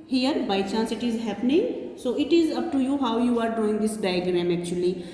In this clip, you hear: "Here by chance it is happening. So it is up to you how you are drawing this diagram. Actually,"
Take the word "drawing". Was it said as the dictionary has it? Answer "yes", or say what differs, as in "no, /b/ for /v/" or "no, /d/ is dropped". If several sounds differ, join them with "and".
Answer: no, /ɹ/ is dropped